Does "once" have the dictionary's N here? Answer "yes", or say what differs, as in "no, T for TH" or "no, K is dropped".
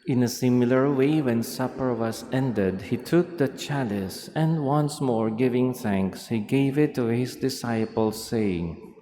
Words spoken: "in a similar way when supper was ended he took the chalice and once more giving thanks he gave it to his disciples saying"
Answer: yes